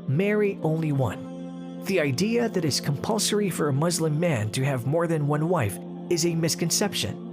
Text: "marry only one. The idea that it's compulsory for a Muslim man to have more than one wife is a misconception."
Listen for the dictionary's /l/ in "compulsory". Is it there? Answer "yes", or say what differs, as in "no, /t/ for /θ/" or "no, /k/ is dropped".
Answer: yes